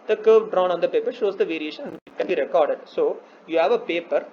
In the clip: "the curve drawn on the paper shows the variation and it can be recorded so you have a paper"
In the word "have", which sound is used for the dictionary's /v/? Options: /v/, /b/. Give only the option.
/v/